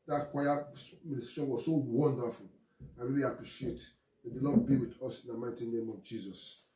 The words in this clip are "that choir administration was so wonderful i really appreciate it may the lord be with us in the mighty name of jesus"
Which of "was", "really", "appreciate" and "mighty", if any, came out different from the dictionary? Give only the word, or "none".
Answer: none